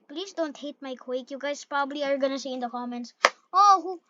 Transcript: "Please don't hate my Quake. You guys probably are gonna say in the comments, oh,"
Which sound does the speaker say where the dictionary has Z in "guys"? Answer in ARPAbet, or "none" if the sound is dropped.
S